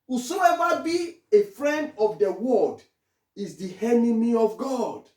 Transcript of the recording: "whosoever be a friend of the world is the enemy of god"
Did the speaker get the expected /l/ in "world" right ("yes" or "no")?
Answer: no